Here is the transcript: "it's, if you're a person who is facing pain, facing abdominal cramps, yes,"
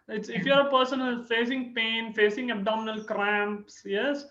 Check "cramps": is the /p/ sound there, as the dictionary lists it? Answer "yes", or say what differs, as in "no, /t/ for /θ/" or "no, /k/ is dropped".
yes